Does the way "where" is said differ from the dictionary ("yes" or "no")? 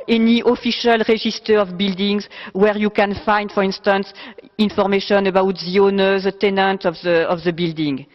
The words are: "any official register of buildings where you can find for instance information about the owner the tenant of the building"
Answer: no